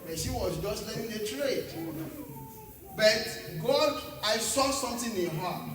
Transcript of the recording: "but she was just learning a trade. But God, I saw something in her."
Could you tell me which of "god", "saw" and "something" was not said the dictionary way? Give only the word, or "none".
something